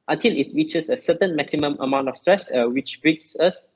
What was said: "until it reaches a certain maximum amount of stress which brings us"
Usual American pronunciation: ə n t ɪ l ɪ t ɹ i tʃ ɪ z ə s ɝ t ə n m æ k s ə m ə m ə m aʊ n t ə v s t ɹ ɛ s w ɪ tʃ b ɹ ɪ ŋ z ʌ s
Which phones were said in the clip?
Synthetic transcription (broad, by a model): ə n t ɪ l ɪ t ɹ i tʃ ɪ s ə s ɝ t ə n m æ k s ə m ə m ə m aʊ n t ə f s t ɹ ɛ s w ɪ tʃ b ɹ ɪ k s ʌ s